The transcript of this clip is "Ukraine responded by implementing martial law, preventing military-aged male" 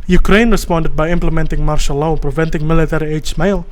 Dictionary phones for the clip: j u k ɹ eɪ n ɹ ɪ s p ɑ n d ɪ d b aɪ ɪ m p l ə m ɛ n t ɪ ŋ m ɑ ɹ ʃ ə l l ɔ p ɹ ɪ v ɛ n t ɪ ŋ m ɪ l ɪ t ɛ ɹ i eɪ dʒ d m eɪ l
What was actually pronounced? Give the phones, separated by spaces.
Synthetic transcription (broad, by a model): j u k ɹ eɪ n ɹ ɪ s p ɑ n d ɪ d b aɪ ɪ m p l ə m ɛ n t ɪ ŋ m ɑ ɹ ʃ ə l l ɔ p ɹ ɪ v ɛ n t ɪ ŋ m ɪ l ɪ t ɛ ɹ i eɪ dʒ m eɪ l